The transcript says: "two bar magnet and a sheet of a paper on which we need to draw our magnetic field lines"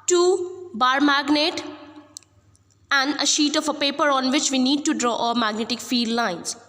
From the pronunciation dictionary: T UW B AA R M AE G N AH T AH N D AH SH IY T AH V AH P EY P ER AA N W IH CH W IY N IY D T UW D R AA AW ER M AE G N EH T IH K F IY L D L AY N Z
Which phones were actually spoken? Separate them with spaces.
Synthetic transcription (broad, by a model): T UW B AA R M AE G N AH T AH N D AH SH IY T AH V AH P EY P ER AA N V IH CH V IY N IY D T UW D R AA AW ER M AE G N EH T IH K F IY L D L AY N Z